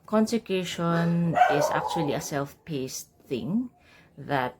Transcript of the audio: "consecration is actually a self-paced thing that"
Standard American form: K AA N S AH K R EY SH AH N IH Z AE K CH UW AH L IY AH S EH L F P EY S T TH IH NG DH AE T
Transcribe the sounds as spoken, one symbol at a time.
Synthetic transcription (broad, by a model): K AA N S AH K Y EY SH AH N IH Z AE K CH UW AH L IY AH S EH L F P EY S T TH IH NG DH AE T